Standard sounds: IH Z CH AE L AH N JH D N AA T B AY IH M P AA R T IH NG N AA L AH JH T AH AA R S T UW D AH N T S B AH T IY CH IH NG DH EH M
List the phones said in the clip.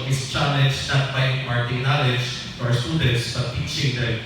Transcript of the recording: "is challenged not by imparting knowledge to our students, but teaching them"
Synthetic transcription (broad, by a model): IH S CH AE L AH JH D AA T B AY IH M AA R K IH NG N AA L AH JH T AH AA R S T UW D AH N T S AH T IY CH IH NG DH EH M